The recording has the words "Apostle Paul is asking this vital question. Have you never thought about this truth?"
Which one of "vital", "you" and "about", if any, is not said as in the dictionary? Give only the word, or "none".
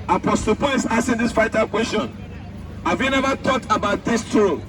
vital